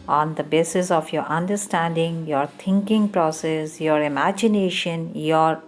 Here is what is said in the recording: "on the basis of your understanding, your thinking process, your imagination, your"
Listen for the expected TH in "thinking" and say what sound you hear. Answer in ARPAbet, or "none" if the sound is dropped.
T